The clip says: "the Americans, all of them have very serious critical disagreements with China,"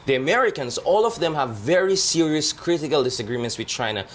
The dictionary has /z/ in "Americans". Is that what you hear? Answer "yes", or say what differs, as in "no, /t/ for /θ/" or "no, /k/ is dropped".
no, /s/ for /z/